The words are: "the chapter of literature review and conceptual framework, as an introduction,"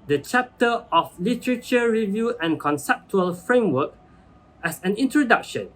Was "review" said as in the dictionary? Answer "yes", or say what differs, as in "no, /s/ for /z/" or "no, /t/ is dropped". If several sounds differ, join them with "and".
yes